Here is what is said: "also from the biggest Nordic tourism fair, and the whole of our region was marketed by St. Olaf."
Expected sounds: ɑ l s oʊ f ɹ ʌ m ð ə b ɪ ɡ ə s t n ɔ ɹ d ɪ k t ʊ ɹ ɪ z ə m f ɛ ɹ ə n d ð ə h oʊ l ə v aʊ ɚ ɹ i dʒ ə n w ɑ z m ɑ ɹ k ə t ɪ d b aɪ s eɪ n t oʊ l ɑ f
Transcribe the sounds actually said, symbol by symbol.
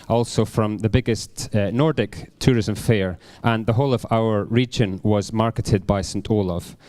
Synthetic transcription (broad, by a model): ɑ l s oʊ f ɹ ʌ m ð ə b ɪ ɡ ə s t n ɔ ɹ d ɪ k t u ɹ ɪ z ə m f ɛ ɹ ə n ð ə h oʊ l ə v aʊ ɚ ɹ i dʒ ə n w ɑ z m ɑ ɹ k ə t ɪ d b aɪ s eɪ n t oʊ l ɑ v